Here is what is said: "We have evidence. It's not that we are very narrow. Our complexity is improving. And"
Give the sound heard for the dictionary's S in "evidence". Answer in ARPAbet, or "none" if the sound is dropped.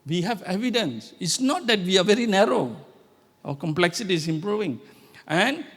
S